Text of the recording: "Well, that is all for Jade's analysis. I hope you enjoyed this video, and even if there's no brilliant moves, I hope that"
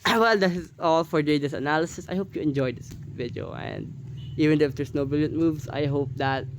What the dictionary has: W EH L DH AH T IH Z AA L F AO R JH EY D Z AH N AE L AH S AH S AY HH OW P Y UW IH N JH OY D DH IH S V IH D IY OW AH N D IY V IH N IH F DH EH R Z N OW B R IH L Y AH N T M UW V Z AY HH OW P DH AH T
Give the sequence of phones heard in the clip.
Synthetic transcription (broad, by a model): W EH L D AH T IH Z AA L F AO R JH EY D S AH N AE L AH S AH S AY HH OW P Y UW IH N JH OY D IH S V IH D IY OW AH N D IY V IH N IH F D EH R S N OW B IH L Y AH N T M UW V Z AY HH OW P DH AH T